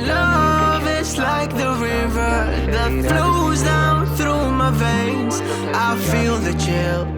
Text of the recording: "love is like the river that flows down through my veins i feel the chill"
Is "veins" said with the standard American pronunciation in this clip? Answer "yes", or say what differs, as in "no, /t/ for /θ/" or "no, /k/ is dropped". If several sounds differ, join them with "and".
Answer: yes